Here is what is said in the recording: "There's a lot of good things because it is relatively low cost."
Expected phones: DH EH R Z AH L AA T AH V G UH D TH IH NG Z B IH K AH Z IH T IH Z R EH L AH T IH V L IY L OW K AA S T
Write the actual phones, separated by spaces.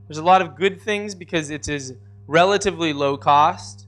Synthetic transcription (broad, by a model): DH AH R Z AH L AA T AH V G UH D TH IH NG Z B IH K AH Z IH T IH Z R EH L AH T IH V L IY L OW K AA S T